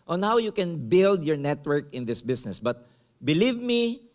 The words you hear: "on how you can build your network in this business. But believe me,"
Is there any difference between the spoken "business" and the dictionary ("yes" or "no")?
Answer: yes